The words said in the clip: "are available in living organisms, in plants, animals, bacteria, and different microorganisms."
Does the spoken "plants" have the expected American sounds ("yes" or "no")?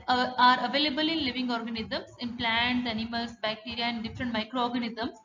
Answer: no